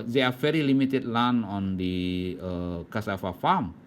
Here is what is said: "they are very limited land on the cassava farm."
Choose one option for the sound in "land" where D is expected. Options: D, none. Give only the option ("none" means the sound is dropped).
none